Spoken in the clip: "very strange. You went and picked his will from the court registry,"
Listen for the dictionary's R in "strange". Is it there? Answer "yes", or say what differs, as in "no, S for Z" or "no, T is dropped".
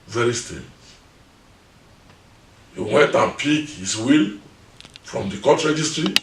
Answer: no, R is dropped